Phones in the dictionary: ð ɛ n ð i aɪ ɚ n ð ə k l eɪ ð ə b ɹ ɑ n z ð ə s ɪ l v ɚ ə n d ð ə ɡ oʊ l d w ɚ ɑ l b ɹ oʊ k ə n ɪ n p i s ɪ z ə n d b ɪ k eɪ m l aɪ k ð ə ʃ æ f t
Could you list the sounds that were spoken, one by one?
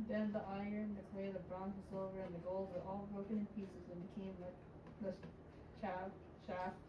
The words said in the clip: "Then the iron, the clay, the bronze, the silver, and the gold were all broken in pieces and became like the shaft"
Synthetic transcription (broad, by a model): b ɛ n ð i aɪ ɚ n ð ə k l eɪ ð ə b ɹ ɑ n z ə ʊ v ɚ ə n ð ə ɡ oʊ l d w ɚ ɑ l b ɹ oʊ k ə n ɪ n p i s ɪ z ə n b ɪ k eɪ m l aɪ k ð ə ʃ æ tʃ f